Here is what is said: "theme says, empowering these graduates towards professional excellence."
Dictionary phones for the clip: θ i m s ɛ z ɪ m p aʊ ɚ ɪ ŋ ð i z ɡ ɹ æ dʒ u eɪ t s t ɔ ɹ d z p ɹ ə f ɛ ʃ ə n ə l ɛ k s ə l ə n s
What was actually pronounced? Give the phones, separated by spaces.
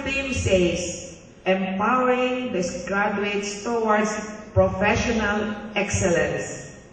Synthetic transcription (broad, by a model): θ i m s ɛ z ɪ m p aʊ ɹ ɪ ŋ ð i s ɡ ɹ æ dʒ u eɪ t s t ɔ w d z p ɹ ə f ɛ ʃ ə n ə l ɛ k s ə l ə n s